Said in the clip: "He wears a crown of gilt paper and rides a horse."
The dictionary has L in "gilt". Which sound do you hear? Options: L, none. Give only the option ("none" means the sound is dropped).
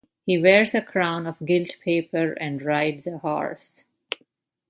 L